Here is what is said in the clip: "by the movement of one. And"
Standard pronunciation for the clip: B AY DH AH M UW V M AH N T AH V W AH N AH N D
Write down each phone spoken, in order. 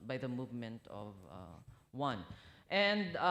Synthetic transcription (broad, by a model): B AY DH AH M UW V M AH N T AH V W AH N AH N D